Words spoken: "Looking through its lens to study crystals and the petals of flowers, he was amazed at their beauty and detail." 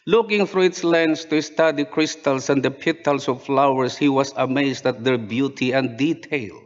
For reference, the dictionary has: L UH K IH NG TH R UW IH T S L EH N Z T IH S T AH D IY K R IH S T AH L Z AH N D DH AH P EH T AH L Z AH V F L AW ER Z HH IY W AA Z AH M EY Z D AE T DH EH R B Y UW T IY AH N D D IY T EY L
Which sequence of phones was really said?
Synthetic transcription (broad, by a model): L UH K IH NG F R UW IH T S L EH N S T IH S T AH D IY K R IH S T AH L S AH N D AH P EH T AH L S AH V F L AW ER S HH IY W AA S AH M EY S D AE T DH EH R B Y UW T IY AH N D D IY T EY L